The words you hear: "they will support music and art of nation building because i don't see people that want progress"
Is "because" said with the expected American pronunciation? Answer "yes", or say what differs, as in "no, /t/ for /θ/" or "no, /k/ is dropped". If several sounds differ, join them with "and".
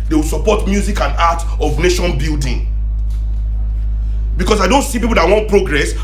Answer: no, /s/ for /z/